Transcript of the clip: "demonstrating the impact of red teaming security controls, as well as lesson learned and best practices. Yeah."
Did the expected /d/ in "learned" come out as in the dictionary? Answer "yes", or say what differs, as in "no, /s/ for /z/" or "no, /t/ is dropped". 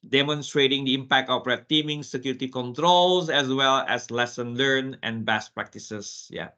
no, /d/ is dropped